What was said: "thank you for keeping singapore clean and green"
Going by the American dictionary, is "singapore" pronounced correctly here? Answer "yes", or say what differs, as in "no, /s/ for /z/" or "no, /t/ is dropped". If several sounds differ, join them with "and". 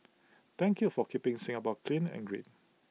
no, /b/ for /p/